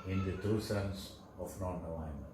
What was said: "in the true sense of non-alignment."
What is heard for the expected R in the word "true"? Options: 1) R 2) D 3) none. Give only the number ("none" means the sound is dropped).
3